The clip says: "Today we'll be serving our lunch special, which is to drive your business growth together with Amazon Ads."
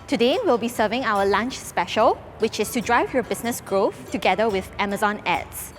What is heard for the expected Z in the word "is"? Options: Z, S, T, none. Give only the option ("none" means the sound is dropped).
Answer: S